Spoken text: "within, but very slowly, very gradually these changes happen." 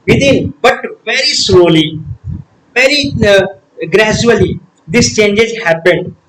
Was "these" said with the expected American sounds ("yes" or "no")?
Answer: no